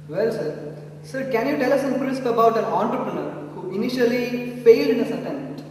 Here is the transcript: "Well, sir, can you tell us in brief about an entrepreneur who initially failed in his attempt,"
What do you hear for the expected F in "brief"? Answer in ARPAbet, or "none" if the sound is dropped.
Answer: P